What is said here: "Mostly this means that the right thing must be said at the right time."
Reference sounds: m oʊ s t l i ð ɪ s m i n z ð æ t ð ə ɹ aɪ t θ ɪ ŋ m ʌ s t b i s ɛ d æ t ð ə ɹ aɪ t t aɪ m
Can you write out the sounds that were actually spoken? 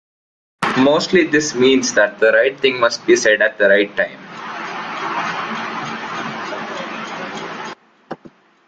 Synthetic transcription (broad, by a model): m oʊ s t l i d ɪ s m i n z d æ t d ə ɹ aɪ t t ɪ ŋ m ʌ s t b i s ɛ d æ t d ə ɹ aɪ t t aɪ m